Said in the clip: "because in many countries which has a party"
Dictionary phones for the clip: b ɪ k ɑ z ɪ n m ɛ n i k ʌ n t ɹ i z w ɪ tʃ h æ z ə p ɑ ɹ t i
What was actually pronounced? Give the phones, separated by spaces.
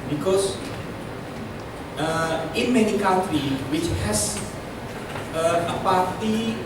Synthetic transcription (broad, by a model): b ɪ k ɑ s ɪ n m ɛ n i k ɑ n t ɹ i w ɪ tʃ h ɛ s ə p ɑ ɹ t i